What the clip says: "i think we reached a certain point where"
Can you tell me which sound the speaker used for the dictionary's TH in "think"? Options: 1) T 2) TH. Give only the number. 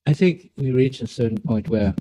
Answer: 2